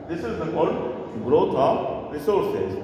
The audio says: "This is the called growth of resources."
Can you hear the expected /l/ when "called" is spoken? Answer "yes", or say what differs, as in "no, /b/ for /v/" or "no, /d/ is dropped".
no, /l/ is dropped